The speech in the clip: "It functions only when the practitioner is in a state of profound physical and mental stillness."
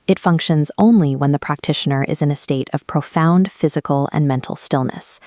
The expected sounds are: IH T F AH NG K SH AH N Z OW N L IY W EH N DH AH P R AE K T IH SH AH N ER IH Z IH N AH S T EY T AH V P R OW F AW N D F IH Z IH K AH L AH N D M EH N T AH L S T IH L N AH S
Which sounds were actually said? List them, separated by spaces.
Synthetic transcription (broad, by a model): IH T F AH NG K SH AH N Z OW N L IY W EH N DH AH P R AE K T IH SH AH N ER IH Z IH N AH S T EY T AH V P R OW F AW N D F IH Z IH K L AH N M EH N T L S T IH L N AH S